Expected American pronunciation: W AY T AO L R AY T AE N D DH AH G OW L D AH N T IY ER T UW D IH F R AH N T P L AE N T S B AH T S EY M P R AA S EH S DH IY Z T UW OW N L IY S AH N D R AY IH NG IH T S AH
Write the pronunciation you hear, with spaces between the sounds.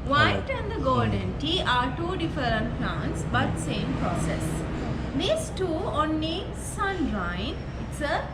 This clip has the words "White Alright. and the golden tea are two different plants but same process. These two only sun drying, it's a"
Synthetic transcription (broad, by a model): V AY AY T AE N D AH G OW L D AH N T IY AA T UW D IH F R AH N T P L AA N T S B AH T S EY M P R AA S EH S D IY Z T UW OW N IY S AH N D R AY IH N IH T S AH